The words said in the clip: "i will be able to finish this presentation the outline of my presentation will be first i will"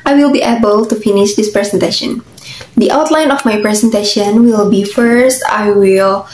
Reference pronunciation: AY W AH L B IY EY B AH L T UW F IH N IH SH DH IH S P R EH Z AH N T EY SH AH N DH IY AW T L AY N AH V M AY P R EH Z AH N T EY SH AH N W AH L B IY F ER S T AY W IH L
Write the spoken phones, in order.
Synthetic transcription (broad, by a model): AY W AH L B IY EY B AH L T UW F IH N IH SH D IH S P R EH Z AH N T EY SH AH N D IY AW T L AY N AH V M AY P R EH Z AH N T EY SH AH N W AH L B IY F ER S T AY W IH L